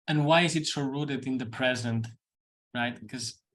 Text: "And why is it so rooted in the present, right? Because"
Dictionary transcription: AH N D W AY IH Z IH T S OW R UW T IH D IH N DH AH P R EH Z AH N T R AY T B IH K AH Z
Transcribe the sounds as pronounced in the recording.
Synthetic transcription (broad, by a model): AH N W AY IH Z IH T S OW R UW T IH D IH N DH AH P R EH Z AH N T R AY T K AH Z